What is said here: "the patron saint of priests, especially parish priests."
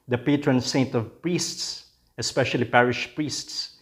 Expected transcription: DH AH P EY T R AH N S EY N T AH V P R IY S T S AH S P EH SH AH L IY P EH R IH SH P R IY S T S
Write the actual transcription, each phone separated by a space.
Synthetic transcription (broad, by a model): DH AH P EY T R AH N S EY N T AH V P R IY S T S AH S P EH SH AH L IY P EH R IH SH P R IY S T S